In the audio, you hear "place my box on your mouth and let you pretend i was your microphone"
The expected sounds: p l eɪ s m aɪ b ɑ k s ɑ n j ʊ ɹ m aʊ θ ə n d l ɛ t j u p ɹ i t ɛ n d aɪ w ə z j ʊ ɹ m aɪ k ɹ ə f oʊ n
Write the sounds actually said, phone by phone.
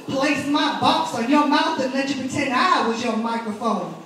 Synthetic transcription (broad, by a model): p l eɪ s m aɪ b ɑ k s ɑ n j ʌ ɹ m aʊ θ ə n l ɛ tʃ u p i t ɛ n aɪ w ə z j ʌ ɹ m aɪ k ɹ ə f oʊ n